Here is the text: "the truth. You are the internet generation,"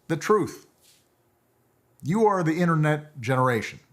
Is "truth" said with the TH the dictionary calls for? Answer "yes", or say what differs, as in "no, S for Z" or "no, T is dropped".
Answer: yes